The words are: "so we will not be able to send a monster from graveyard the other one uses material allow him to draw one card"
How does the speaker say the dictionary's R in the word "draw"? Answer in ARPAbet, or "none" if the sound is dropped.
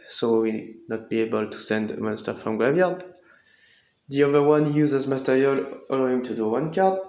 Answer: none